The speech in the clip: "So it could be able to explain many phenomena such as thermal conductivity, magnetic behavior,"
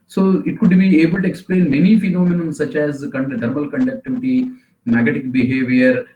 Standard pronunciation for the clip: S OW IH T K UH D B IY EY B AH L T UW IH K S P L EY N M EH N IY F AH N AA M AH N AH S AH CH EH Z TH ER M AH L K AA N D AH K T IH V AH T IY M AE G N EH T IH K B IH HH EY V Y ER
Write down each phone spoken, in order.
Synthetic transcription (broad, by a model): S OW IH T K UH D B IY EY B AH L T UW IH K S P L EY N M EH N IY F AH N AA M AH N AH S AH CH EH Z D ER M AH L K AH N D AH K T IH V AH T IY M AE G EH T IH K B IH HH EY V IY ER